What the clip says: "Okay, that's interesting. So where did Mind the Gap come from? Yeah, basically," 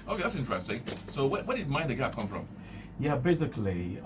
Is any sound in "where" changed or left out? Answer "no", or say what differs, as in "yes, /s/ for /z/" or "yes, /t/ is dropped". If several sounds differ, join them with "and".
yes, /w/ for /ɹ/